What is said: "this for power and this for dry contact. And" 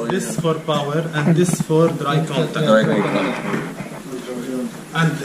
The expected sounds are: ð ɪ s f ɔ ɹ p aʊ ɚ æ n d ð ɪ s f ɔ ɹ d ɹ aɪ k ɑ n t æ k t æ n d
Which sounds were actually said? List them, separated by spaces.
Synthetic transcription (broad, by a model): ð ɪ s f ɔ ɹ p aʊ ɚ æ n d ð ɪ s f ɔ ɹ d ɹ aɪ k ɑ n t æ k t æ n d